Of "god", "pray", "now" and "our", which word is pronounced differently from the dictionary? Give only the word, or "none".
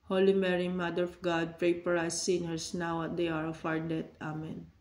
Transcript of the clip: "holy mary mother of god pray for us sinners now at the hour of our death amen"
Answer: our